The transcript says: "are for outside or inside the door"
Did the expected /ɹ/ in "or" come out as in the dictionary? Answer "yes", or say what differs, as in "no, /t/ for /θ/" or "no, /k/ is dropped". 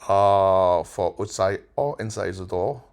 no, /l/ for /ɹ/